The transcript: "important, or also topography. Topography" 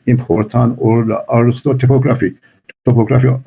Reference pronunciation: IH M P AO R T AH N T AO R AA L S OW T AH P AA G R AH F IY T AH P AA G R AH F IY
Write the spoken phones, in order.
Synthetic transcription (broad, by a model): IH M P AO R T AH N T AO L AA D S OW T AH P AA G R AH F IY T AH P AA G R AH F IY